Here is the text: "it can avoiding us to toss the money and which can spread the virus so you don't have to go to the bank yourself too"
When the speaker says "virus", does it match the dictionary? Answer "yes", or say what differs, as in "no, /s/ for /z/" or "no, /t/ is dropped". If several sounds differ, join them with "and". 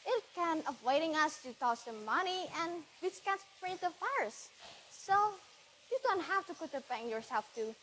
no, /f/ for /v/